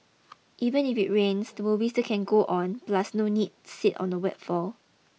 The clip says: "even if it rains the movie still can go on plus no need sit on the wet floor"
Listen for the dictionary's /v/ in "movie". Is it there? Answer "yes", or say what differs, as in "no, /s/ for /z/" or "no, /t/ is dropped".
no, /w/ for /v/